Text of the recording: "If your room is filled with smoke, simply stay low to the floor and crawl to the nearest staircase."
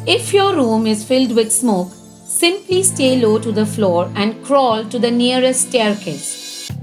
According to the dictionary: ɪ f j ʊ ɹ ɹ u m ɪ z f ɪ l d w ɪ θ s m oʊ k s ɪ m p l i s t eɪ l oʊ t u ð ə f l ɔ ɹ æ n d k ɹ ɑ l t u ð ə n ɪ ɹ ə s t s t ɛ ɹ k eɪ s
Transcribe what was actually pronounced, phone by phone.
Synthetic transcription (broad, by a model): ɪ f j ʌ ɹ ɹ u m ɪ z f ɪ l d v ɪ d s m oʊ k s ɪ m p l i s t eɪ l oʊ t u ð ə f l ɔ ɹ æ n d k ɹ ɑ l t u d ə n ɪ ə t s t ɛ ɹ k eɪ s